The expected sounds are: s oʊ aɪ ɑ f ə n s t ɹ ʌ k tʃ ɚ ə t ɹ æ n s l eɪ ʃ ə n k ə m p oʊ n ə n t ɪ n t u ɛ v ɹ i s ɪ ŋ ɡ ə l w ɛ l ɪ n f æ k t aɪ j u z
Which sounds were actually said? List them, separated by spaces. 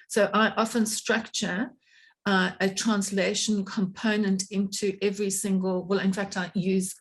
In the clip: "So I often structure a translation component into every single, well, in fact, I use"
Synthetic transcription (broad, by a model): s oʊ aɪ ɑ f ə n s t ɹ ʌ k tʃ ɚ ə t ɹ æ n s l eɪ ʃ ə n k ə m p oʊ n ə n t ɪ n t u ɛ v ɹ i s ɪ ŋ ɡ ə l w ɛ l ɪ n f æ k t aɪ j u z